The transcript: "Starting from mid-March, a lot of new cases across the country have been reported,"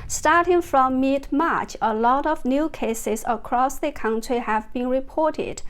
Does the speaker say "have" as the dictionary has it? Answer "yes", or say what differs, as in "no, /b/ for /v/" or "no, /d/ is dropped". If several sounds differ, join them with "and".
yes